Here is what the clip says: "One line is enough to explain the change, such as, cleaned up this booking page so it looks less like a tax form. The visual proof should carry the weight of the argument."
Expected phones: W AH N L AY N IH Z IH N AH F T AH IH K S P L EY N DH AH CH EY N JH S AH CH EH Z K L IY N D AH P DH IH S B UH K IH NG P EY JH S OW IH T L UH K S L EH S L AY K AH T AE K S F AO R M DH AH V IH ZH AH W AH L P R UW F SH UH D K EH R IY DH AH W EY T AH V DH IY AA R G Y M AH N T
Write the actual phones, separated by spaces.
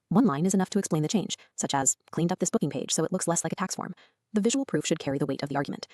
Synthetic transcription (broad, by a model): W AH N L AY N IH Z IH N AH F T AH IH K S P L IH N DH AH CH EY N ZH S AH CH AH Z K L IY N D AH P DH IH S B UH K IH NG P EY ZH S OW IH T L UH K S L EH S L AY K AH T AE K S F AO R M DH AH V IH ZH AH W L P R UW F SH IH D K EH R IY DH AH W EY T AH V DH IY AA R G Y M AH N T